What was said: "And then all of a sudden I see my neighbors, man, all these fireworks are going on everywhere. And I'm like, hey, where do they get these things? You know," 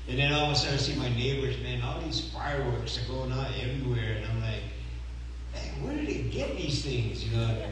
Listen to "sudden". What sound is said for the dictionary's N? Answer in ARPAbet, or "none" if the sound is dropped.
none